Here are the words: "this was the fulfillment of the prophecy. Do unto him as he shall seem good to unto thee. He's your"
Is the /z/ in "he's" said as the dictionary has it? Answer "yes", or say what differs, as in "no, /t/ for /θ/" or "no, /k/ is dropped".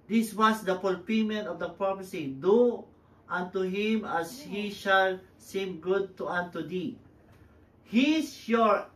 no, /s/ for /z/